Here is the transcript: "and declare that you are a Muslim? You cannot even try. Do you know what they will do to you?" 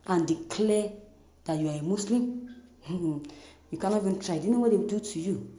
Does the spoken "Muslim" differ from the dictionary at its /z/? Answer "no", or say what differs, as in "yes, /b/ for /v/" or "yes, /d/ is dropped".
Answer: yes, /s/ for /z/